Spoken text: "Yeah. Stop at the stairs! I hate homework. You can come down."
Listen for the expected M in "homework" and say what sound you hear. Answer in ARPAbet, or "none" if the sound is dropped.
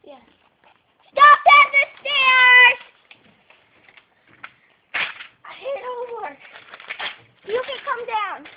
none